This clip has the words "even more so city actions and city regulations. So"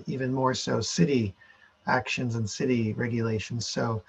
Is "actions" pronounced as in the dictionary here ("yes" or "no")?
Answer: yes